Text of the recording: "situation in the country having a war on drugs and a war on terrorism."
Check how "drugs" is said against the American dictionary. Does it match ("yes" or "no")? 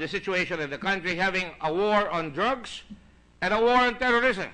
no